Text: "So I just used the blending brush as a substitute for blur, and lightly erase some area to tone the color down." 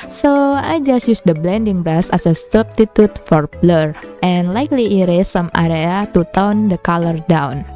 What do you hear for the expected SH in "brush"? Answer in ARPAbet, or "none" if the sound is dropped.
S